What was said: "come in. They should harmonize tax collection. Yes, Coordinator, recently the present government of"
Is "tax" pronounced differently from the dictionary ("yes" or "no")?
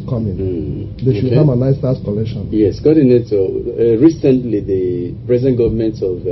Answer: yes